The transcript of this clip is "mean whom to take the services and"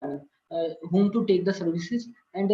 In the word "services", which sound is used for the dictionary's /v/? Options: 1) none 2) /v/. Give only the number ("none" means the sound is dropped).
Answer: 2